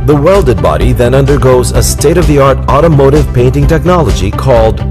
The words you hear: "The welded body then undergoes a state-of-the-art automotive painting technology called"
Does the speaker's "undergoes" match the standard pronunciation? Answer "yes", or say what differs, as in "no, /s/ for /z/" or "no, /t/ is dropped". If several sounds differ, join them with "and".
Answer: yes